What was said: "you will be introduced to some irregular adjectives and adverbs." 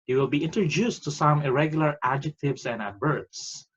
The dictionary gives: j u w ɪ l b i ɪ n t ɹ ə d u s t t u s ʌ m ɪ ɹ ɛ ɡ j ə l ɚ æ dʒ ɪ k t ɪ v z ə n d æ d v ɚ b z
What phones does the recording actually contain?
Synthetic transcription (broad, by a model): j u w ɪ l b i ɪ n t ɹ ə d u s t t u s ʌ m ɪ ɹ ɛ ɡ j ə l ɚ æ dʒ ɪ k t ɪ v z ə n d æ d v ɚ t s